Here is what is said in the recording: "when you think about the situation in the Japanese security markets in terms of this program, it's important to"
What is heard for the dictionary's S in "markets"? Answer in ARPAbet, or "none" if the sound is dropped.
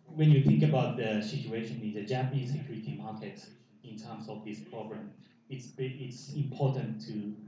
none